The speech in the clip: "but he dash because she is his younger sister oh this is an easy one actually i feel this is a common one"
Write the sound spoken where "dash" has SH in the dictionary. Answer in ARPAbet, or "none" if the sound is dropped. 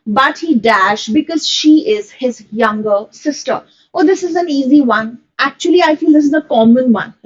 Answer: SH